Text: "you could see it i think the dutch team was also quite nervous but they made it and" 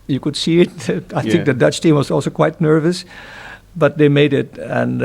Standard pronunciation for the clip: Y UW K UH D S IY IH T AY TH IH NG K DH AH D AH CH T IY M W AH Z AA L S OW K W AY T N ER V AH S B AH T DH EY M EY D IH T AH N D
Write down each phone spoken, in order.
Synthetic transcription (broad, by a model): Y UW K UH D S IY IH T AY TH IH NG K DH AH D AH CH T IY M W AH Z AA L S OW K W AY T N ER V AH S B AH T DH EY M EY D IH T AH N